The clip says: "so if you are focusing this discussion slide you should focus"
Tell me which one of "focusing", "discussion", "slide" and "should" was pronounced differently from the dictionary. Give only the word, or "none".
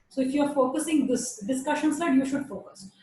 slide